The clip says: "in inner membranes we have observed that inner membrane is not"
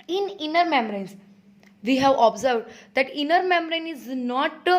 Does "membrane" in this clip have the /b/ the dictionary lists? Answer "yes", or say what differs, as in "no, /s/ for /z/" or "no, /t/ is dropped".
no, /b/ is dropped